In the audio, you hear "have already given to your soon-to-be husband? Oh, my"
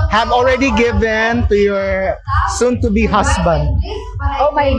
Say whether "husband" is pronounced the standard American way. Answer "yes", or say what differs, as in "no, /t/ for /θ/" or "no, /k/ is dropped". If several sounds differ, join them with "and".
no, /s/ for /z/